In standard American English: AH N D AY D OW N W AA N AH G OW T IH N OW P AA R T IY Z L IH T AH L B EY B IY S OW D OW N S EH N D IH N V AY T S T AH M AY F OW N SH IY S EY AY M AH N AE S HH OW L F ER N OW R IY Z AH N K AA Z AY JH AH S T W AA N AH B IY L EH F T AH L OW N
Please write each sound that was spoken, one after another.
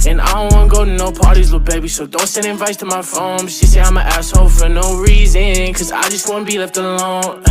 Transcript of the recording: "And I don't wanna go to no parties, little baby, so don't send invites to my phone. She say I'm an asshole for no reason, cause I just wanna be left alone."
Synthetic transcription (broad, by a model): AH N AY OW W AA N AH G OW T IH N OW P AA R T IY Z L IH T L B EY B IY S OW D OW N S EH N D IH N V AY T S T AH M AY F OW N SH IY S EY AY M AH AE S HH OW F ER N OW R IY Z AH N K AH Z AY JH AH S T W AA N AH B IY L EH F T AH L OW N